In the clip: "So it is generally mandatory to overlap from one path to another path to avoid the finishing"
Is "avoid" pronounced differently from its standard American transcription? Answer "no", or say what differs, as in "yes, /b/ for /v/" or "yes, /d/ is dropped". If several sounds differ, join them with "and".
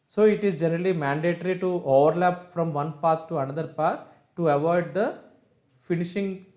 no